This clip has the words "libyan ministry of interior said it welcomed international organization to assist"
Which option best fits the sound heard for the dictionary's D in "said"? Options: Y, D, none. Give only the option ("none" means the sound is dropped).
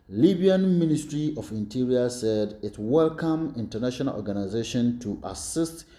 D